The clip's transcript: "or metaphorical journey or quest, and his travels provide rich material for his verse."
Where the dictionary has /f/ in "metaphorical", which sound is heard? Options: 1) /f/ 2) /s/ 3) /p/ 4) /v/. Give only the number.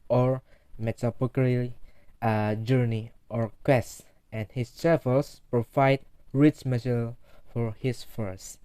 3